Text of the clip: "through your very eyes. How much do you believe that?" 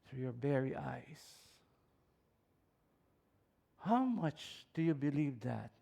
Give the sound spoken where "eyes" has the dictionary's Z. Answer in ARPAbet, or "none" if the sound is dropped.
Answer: S